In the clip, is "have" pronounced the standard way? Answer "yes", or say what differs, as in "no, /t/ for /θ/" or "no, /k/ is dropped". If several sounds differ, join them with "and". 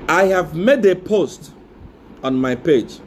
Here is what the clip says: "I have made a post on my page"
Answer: yes